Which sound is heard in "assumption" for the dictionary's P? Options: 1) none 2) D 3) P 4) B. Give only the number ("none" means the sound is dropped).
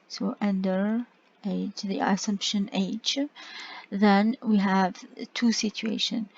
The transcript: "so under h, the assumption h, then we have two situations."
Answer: 3